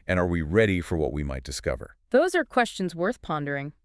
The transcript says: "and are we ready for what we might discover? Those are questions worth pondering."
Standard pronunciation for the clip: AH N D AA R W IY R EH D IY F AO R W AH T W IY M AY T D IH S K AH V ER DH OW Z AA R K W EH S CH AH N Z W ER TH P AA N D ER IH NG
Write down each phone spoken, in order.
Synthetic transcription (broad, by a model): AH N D AA R W IY R EH D IY F AO R W AH T W IY M AY T D IH S K AH V ER DH OW Z AA R K W EH S CH AH N Z W ER TH P AA N D ER IH NG